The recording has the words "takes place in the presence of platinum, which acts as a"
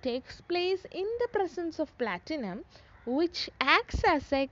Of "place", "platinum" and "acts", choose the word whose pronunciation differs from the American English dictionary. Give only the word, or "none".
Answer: none